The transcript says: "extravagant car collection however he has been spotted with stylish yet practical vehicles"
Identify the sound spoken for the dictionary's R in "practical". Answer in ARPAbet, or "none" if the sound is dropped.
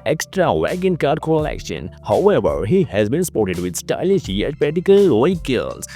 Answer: none